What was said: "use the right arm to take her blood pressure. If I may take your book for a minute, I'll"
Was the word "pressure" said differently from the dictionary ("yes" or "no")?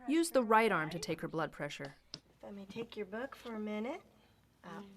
no